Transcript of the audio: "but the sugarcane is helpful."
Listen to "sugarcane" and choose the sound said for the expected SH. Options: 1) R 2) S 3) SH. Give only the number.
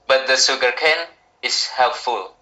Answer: 2